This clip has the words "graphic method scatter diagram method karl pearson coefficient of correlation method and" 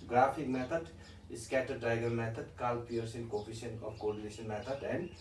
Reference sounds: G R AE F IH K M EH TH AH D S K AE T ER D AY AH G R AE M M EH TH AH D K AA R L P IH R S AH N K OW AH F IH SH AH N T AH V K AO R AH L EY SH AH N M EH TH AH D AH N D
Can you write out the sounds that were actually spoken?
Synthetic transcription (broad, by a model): G R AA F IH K M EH T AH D S K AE T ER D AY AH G AH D M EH T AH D K AA L P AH R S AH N K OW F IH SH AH N AH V K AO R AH N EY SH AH N M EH T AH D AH N D